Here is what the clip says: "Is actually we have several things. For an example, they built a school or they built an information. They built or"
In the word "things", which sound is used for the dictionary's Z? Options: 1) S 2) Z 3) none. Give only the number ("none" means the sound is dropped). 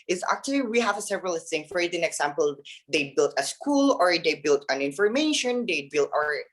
3